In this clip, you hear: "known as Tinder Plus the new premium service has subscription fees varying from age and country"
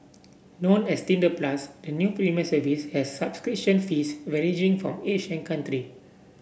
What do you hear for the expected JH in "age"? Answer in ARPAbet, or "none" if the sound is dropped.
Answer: CH